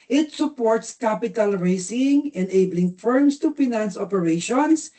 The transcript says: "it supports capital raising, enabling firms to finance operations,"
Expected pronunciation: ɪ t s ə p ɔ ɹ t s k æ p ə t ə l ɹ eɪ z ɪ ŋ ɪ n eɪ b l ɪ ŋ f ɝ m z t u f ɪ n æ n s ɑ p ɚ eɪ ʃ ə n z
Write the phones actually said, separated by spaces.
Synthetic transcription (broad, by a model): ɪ t s ə p ɔ ɹ t s k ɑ p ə t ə l ɹ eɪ s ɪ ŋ ɪ n eɪ b l ɪ ŋ f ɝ m s t u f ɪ n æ n s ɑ p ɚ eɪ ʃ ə n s